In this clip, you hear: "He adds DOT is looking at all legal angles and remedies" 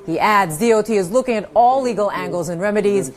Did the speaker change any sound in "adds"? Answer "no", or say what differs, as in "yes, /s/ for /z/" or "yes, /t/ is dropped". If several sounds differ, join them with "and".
no